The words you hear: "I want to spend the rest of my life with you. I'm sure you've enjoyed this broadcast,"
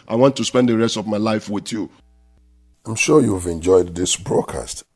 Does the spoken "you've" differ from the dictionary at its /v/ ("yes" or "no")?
no